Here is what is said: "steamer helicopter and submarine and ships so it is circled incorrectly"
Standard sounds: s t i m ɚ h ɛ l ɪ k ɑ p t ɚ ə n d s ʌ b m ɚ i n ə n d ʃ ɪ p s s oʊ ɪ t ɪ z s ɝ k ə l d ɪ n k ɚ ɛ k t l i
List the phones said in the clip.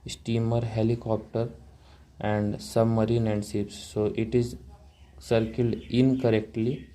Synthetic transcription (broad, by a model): s t i m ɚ h ɛ l ɪ k ɑ p t ɚ ə n d s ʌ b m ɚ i n ə n d s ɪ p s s oʊ ɪ t ɪ z s ɝ k ə l d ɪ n k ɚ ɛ k t l i